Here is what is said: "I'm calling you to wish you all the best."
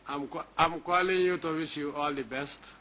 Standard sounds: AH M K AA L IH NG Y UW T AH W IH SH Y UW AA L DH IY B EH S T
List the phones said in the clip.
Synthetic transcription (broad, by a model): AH M K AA L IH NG Y UW T AH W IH S Y UW AA L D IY B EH S T